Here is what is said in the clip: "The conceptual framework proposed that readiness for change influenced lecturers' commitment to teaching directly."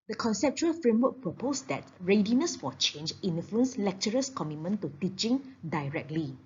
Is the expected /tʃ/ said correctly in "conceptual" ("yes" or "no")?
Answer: yes